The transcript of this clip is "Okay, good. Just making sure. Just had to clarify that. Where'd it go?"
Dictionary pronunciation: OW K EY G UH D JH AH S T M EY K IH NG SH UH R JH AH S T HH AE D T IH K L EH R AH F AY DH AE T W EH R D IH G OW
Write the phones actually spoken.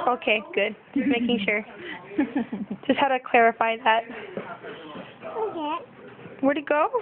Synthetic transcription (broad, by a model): OW K EY G UH D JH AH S M EY K IH NG SH UH R JH AH S T HH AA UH T IH K L EH R AH F AY DH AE T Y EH W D IH G OW